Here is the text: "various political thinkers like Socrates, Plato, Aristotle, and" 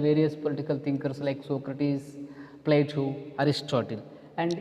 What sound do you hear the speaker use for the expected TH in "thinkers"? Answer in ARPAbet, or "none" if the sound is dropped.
T